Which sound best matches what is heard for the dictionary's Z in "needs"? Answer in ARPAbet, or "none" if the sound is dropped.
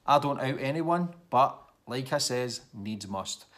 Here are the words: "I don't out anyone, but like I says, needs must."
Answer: Z